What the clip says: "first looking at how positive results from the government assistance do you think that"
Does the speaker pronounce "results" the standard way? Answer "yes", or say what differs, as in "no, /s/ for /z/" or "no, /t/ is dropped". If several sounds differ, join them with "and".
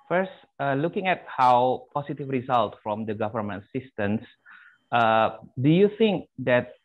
no, /s/ is dropped